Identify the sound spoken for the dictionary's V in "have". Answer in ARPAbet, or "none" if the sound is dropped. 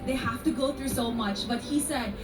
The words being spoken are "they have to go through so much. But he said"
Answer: F